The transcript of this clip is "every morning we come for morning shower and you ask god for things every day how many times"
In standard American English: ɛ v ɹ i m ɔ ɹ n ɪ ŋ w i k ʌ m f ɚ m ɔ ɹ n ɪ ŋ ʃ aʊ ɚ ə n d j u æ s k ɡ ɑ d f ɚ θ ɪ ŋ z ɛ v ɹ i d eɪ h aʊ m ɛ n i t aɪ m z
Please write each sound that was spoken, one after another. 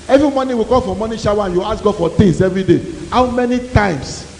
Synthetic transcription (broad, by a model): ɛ v ɹ i m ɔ n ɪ w i k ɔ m f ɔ m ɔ n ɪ ʃ aʊ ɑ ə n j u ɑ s ɡ ɑ d f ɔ t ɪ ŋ s ɛ v ɹ i d eɪ h aʊ m ɛ n i t aɪ m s